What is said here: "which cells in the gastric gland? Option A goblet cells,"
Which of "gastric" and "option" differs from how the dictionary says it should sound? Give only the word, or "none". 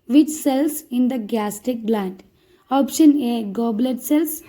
gastric